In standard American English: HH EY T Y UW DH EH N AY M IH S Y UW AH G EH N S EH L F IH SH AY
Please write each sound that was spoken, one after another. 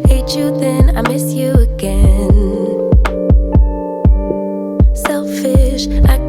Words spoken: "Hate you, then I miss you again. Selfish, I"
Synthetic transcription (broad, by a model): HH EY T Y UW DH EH N AY M IH S Y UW AH G EH N S EH L F IH SH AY